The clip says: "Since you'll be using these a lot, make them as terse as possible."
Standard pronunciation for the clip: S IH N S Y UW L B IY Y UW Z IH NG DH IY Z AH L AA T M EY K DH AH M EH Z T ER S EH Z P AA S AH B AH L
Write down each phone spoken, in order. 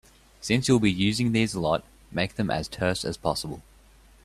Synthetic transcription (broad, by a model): S IH N S Y UW L B IY Y UW Z IH NG DH IY Z AH L AA T M EY K DH AH M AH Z T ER S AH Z P AA S AH B AH L